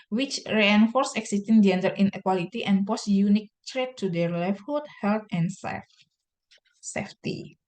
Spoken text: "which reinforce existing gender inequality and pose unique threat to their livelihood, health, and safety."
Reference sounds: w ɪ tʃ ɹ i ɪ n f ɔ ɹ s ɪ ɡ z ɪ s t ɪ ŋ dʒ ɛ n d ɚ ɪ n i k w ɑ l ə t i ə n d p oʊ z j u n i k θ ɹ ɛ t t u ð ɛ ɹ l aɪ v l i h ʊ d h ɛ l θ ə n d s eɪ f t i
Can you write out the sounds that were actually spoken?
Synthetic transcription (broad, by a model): w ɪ tʃ ɹ i ɪ n f ɔ ɹ s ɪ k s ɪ s t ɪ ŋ dʒ ɛ n d ɚ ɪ n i k w ɑ l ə t i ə n p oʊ s j u n i k t ɹ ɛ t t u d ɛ ɹ l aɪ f h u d h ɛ l t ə n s s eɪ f t i